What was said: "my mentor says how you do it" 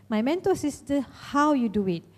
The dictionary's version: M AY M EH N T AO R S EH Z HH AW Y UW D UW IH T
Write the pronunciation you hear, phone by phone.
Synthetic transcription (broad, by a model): M AY M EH N T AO L S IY S HH AW Y UW D UW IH T